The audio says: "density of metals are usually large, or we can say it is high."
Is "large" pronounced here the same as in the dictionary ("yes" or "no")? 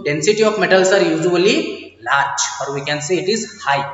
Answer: no